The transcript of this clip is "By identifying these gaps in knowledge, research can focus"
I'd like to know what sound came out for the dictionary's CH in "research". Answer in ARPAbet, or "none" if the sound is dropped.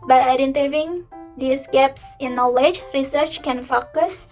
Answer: CH